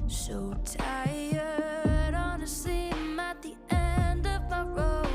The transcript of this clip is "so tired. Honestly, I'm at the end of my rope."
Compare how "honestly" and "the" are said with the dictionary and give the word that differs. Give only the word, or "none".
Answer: honestly